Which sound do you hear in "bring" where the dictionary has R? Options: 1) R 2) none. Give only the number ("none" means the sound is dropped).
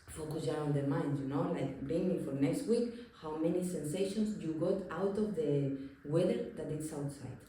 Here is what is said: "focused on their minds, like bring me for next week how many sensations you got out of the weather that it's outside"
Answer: 2